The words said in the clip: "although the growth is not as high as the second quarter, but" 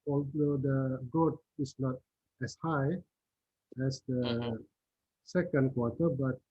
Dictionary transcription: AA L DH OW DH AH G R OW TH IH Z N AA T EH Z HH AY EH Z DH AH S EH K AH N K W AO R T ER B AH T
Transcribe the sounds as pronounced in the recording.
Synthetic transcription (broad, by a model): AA L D OW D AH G OW T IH S N AA T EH S HH AY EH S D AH S EH K AH N K W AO T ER B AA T